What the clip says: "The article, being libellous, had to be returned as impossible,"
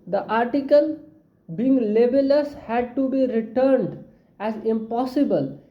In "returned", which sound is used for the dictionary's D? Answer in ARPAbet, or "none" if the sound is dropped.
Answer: D